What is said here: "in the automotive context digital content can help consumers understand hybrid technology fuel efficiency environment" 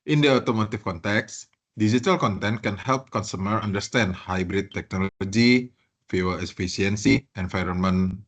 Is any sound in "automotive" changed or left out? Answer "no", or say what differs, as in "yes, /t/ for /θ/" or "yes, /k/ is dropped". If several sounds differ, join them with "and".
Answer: yes, /f/ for /v/